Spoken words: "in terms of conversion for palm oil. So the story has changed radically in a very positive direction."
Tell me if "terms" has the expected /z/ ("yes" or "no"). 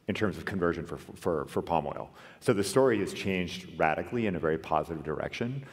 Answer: yes